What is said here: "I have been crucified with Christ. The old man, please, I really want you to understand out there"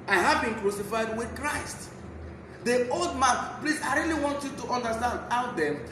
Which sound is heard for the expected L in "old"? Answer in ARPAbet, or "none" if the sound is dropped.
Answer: L